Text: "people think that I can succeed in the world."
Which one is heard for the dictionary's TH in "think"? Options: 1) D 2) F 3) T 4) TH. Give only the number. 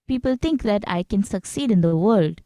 3